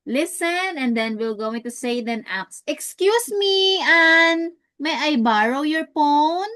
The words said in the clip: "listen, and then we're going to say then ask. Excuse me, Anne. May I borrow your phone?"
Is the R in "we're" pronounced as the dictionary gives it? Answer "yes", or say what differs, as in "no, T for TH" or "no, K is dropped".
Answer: no, L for R